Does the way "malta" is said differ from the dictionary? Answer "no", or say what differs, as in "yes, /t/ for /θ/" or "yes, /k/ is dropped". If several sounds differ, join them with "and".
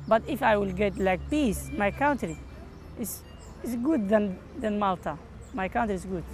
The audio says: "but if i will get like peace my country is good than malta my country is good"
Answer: no